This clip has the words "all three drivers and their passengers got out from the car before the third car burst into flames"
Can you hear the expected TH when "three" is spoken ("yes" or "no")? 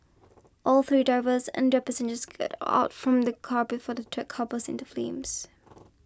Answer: yes